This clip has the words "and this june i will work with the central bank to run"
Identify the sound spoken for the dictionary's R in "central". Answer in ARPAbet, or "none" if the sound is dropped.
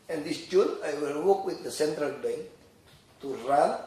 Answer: R